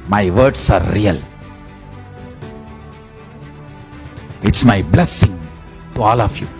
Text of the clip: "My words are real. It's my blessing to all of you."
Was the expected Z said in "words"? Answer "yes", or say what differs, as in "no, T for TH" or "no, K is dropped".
no, S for Z